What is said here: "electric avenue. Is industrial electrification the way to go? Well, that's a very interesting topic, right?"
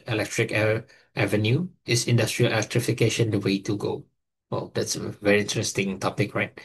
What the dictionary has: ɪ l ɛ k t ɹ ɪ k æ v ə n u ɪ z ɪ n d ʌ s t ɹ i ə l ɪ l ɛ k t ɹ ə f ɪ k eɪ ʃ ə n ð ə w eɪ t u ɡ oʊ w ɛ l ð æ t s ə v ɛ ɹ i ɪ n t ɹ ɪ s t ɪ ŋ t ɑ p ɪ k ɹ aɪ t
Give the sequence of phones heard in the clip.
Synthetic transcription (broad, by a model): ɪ l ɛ k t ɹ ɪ k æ v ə n u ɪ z ɪ n d ʌ s t ɹ i ə l ɪ l ɛ k t ɹ ə f ɪ k eɪ ʃ ə n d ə w eɪ t u ɡ oʊ w ɛ l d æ t s ə v ɛ ɹ i ɪ n t ɹ ɪ s t ɪ ŋ t ɑ p ɪ k ɹ aɪ t